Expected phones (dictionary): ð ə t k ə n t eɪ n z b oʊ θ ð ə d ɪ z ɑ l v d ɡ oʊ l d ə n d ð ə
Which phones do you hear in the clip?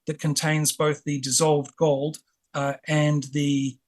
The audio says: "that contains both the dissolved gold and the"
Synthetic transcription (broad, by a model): ð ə t k ə n t eɪ n z b oʊ θ ð ə d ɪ z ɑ l v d ɡ oʊ l d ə n ð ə